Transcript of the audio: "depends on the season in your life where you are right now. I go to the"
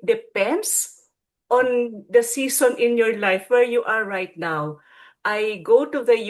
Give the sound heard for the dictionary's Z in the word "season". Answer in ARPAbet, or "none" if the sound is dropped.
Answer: S